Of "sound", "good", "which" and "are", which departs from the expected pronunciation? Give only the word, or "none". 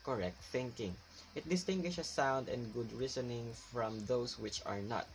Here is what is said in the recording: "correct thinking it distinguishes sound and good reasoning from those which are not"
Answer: none